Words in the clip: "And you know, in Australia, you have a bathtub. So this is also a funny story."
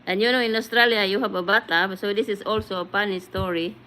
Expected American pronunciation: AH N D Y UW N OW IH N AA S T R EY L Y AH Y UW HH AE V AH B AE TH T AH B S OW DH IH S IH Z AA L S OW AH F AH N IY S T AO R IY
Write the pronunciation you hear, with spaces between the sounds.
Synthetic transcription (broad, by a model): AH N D Y UW N OW IH N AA S T R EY L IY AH Y UW HH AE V AH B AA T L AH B S OW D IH S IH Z AA L S OW AH P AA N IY S T AO R IY